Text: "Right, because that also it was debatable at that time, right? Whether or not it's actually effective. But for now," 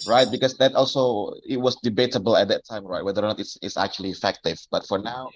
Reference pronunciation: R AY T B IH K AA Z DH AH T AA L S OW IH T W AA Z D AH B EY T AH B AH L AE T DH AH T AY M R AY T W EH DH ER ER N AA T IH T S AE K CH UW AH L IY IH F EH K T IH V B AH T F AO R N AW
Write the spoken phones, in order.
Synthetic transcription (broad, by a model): R AY T B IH K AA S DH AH T AA L S OW IH T W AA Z D AH B EY T AH B AH L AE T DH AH T AY M R AY T W EH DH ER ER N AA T IH T S AE K CH UW AH L IY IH F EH K T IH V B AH T F AO R N AW